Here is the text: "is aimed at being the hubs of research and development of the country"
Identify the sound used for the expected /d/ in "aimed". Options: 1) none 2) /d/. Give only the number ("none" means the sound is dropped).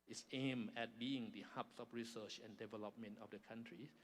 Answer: 1